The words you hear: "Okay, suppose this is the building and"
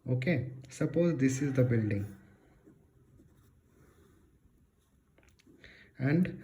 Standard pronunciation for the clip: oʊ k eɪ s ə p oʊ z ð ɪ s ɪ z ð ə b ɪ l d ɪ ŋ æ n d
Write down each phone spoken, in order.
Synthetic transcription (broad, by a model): oʊ k eɪ s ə p oʊ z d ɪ s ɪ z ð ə b ɪ l d ɪ ŋ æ n d